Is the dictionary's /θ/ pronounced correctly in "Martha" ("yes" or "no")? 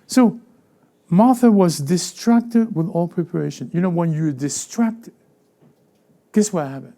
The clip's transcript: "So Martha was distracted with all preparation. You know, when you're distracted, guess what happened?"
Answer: yes